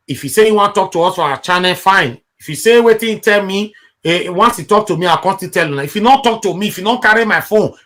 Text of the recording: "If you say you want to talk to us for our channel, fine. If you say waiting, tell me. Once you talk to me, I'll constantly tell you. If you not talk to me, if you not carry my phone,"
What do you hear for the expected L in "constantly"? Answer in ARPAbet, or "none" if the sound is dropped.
none